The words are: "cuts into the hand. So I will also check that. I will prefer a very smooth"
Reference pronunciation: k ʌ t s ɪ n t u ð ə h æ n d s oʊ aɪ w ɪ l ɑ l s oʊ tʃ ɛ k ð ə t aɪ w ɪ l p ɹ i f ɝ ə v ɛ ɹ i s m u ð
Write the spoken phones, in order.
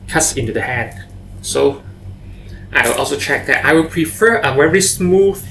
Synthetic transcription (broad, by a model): k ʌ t s ɪ n t u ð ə h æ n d s oʊ aɪ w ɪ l ɑ l s oʊ tʃ ɛ k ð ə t aɪ w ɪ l p ɹ i f ɝ ə w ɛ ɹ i s m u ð